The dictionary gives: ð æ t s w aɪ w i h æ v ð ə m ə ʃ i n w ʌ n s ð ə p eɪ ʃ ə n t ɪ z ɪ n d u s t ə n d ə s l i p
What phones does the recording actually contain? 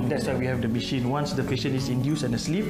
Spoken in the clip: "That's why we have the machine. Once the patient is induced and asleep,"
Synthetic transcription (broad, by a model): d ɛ t s w aɪ w i h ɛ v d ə m ə ʃ i n w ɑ n s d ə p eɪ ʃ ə n ɪ s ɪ n d u s ə n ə s l i p